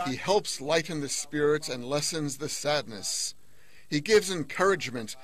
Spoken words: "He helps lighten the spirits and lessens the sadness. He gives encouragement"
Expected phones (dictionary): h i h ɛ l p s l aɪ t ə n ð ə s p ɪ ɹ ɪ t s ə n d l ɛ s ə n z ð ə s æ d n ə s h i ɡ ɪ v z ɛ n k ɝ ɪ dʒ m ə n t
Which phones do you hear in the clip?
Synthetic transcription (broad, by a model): h i h ɛ l p s l aɪ t n ð ə s p ɪ ɹ ɪ t s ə n l ɛ s ə n z ð ə s æ d n ə s h i ɡ ɪ v z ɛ n k ɝ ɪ dʒ m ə n t